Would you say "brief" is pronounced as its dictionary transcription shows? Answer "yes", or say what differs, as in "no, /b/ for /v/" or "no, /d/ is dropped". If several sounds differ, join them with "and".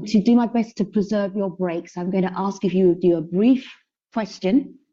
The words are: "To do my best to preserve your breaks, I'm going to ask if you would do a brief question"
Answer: yes